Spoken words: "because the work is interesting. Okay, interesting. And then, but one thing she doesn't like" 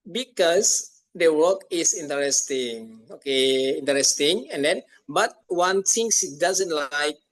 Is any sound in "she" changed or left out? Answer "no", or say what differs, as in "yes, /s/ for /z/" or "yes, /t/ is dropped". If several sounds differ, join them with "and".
yes, /s/ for /ʃ/